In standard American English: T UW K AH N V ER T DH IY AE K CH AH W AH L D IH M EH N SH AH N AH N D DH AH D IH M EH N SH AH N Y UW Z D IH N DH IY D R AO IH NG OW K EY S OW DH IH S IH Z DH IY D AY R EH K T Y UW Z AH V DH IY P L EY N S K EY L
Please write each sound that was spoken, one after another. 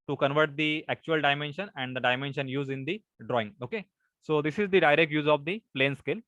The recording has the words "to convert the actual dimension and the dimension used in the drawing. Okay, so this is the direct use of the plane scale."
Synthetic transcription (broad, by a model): T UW K AH N V ER T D IY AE K CH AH AH L D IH M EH N SH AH N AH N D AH D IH M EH N SH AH N Y UW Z IH N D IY D R AO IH NG OW K EY S OW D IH S IH Z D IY D AY R EH K T Y UW Z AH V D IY P L EY N S K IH L